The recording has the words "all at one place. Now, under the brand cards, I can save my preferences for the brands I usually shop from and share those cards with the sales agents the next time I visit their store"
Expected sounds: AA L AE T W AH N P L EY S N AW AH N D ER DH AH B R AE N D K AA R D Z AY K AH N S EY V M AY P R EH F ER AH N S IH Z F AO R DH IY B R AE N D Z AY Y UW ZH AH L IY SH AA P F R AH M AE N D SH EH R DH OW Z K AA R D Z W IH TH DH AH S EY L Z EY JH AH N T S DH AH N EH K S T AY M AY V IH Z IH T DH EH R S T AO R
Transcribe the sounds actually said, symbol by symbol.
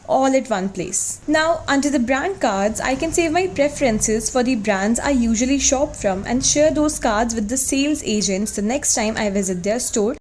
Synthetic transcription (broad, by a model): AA L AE T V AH N P L EY S N AW AH N D ER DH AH B R AE N D K AA R D Z AY K AH N S EY V M AY P R EH F ER AH N S IH Z F AO R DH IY B R AE N D Z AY Y UW ZH AH L IY SH AA P F R AH M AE N D SH EH R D OW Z K AA R D Z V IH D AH S EY L Z EY JH AH N T S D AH N EH K S T AY M AY V IH Z IH T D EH R S T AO R